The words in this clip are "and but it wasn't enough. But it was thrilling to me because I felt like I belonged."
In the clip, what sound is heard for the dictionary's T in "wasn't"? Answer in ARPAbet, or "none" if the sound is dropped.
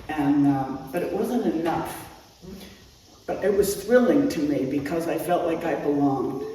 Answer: T